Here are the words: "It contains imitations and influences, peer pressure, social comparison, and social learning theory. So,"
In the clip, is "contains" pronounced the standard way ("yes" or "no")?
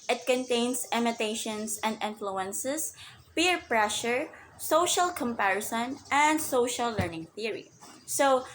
no